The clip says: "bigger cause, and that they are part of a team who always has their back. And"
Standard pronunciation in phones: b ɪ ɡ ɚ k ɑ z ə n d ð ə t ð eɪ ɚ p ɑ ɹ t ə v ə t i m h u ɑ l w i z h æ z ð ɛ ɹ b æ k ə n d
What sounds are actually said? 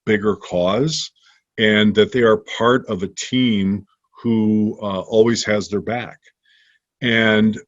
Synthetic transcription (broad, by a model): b ɪ ɡ ɚ k ɑ z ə n ð ə t ð eɪ ɚ p ɑ ɹ t ə v ə t i m h u ɑ l w i z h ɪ z ð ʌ ɹ b æ k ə n